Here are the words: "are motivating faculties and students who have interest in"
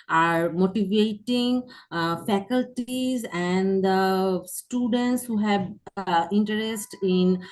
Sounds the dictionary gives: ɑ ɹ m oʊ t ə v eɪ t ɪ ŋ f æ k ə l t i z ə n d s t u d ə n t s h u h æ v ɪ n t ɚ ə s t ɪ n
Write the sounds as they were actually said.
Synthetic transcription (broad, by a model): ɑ ɹ m oʊ t ə v eɪ t ɪ ŋ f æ k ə l t i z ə n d s t u d ə n t s h u h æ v ɪ n t ɚ ə s t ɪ n